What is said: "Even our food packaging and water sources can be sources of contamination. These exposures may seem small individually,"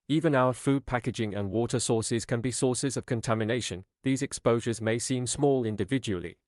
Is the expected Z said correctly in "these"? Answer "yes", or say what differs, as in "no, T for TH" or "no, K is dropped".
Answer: yes